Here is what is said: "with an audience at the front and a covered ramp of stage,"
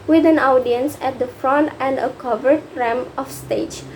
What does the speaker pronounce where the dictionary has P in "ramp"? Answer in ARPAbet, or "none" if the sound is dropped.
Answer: none